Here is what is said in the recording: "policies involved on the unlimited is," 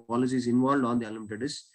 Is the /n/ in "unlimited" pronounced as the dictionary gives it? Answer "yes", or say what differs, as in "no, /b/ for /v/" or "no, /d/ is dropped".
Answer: no, /n/ is dropped